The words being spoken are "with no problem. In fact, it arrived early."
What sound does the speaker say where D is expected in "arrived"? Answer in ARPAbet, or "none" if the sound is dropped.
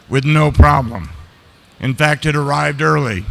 D